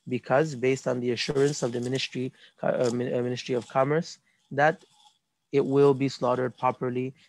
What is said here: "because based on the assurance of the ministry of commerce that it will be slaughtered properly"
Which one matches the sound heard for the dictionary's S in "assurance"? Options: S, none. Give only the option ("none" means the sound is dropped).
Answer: S